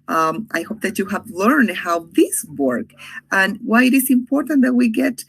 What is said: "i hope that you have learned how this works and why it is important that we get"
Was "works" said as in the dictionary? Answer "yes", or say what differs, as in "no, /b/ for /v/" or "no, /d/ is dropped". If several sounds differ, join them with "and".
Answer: no, /s/ is dropped